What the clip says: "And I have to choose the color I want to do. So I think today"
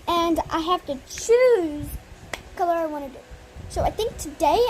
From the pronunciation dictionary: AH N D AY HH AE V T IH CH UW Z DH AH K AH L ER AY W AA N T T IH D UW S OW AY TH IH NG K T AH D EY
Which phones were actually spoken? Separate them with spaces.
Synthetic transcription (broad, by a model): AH N AY HH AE F T IH CH UW Z K AH L ER AY W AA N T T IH D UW S OW AY TH IH NG K T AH D EY